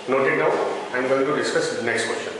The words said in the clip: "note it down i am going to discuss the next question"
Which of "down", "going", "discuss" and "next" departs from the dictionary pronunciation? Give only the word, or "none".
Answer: down